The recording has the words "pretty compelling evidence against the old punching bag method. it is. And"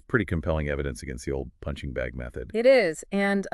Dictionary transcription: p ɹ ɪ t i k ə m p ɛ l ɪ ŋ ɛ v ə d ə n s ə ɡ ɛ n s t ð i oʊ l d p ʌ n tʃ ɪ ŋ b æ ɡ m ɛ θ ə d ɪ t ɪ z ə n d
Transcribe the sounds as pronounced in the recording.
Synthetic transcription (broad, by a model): p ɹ ɪ t i k ə m p ɛ l ɪ ŋ ɛ v ə d ə n s ə ɡ ɛ n s t ð i oʊ l d p ʌ n tʃ ɪ ŋ b æ ɡ m ɛ θ ə d ɪ t ɪ z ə n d